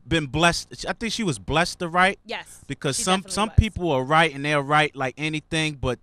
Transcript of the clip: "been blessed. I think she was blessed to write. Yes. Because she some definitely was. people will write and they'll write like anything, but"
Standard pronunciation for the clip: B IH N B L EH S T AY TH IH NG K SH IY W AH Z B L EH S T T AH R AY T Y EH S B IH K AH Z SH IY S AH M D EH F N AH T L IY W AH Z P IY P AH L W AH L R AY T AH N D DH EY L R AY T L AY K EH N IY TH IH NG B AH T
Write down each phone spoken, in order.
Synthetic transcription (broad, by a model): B IH N B L EH S T AY TH IH NG K SH IY W AH Z B L EH S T T AH R AY T Y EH B IH K AH Z S AH M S AH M P IY P L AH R R AY T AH N DH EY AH R AY T L AY K EH N IY TH IH NG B AH T